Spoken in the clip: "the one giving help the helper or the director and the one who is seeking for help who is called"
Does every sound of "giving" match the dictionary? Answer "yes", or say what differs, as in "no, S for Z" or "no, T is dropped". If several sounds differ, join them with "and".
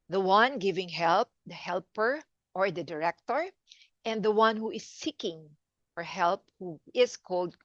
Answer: yes